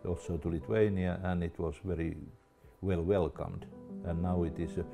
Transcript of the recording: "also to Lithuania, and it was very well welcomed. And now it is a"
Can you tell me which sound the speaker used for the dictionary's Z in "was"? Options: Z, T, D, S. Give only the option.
S